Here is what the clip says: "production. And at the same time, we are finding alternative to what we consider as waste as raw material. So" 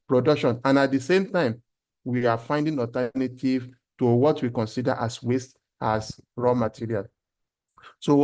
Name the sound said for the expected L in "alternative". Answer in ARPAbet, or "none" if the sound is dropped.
none